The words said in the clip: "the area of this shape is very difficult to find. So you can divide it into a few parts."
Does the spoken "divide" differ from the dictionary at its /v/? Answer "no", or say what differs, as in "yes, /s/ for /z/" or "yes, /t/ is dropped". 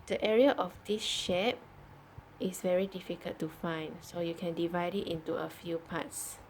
no